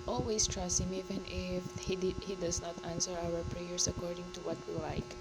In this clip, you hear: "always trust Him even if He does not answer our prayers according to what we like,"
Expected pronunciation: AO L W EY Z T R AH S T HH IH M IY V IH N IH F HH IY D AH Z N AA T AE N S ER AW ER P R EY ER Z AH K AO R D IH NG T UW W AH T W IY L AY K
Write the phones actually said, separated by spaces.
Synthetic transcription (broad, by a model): AO L W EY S T R AH S T HH IH M IY V IH N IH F HH IY D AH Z N AA T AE N S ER AW ER P R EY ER S AH K AO R D IH NG T UW W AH T W IY L AY K